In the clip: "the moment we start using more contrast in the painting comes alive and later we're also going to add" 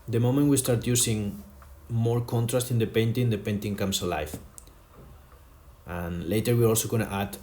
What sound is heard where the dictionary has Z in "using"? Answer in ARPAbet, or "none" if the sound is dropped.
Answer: S